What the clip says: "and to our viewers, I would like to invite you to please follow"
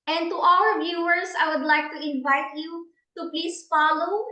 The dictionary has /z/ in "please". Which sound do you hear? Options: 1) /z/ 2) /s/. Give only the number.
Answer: 2